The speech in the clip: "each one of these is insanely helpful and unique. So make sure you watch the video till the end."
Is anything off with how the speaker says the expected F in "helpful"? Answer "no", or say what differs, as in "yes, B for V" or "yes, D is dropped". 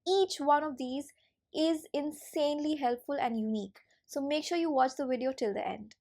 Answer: no